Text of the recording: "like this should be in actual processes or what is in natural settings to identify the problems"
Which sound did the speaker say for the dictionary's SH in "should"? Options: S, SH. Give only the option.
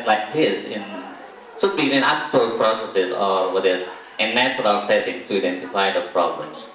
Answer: S